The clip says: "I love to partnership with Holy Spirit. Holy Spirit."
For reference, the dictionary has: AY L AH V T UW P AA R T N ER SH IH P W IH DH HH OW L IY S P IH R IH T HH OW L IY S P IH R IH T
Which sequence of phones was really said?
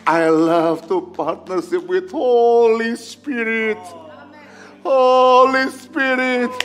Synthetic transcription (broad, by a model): AY L AH V T UW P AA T N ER S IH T W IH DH HH OW L IY S P IH R IH T HH OW L IY S P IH R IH T